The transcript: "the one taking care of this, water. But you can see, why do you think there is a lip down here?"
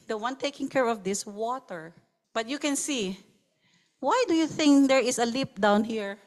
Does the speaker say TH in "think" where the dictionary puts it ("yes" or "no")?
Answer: yes